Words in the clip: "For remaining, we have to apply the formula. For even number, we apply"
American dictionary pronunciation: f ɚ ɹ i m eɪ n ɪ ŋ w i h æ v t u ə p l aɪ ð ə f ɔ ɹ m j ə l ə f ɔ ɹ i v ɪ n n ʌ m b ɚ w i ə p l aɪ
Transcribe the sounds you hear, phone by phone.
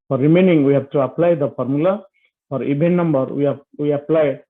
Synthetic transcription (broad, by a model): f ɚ ɹ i m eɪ n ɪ ŋ w i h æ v t u ə p l aɪ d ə p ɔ ɹ m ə l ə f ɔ ɹ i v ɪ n n ʌ m b ɚ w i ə p l aɪ